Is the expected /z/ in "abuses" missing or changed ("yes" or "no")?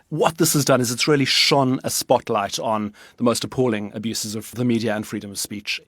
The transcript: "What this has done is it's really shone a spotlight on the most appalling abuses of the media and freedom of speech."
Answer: no